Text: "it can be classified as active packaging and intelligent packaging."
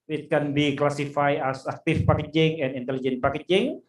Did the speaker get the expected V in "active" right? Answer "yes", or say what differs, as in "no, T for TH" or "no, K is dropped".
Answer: no, F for V